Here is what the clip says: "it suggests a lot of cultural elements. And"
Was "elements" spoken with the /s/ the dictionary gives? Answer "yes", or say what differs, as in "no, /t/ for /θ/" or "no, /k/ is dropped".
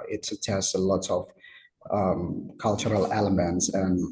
yes